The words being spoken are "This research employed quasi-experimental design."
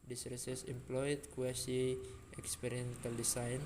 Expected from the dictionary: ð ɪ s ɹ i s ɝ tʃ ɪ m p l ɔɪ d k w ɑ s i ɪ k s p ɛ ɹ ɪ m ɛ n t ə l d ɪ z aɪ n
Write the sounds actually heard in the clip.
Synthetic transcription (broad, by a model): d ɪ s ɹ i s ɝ s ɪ m p l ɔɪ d k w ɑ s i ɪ k s p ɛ ɹ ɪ ɛ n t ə l d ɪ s aɪ n